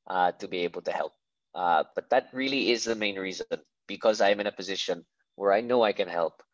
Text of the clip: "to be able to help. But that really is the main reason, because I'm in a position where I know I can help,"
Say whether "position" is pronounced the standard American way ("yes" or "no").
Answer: yes